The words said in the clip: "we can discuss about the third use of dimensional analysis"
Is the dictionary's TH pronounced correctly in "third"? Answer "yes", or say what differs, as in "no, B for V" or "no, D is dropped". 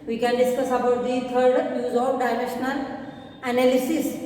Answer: no, T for TH